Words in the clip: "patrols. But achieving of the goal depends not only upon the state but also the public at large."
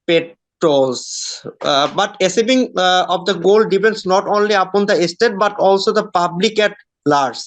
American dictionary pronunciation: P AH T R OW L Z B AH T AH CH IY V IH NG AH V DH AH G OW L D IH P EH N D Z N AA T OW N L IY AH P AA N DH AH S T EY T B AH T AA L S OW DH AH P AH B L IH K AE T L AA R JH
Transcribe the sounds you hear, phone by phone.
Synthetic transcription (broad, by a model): P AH T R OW L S B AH T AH S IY B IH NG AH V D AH G OW L D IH P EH N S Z N AA T OW N L IY AH P AA N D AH S T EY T B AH T AA L S OW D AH P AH B L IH K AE T L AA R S